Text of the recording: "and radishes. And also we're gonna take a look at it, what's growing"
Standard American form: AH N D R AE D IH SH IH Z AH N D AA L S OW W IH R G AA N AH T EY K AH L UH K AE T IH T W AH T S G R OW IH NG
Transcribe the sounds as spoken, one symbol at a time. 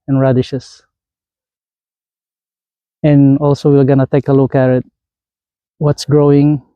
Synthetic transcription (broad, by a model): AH N R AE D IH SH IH S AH N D AA L S OW W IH L G AA N AH T EY K AH L UH K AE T IH T W AH T S G R OW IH NG